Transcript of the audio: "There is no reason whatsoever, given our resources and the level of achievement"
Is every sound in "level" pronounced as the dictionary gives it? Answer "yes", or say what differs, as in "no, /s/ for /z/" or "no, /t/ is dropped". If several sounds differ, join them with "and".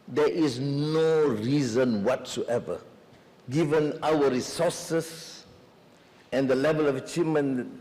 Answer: yes